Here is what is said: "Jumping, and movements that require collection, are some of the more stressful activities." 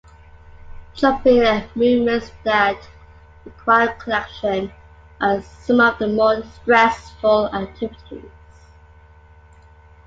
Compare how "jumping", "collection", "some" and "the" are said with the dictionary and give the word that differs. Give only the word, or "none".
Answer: jumping